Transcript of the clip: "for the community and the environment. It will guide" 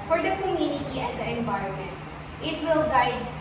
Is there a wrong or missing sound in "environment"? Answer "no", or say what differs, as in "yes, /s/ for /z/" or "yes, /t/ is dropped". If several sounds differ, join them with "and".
yes, /b/ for /v/